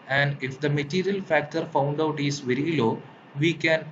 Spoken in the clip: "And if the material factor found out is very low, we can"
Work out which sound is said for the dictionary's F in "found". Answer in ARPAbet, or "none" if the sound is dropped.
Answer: F